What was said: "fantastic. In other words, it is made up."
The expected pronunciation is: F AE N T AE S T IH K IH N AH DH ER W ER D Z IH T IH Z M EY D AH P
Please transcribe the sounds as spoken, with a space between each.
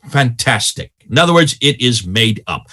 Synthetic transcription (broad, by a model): F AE N T AE S T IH K IH N AH DH ER W ER D Z IH T IH Z M EY D AH P